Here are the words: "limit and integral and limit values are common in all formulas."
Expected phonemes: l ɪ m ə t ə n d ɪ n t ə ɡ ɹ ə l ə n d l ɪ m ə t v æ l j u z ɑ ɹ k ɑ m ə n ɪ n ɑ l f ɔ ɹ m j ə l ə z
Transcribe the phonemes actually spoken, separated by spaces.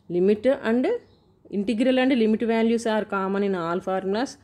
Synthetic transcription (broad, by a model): l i m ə t ə n d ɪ n t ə ɡ ɹ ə l ə n d l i m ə t v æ l j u s ɑ ɹ k ɑ m ə n ɪ n ɑ l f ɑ ɹ m l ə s